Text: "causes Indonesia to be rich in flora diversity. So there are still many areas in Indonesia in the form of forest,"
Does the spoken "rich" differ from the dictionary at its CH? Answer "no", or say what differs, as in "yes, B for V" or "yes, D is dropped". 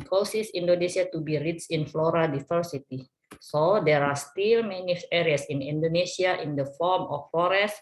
yes, S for CH